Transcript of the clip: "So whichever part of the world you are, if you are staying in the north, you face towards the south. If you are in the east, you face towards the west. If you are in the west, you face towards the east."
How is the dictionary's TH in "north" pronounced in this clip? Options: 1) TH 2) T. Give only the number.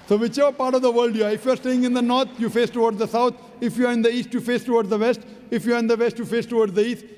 2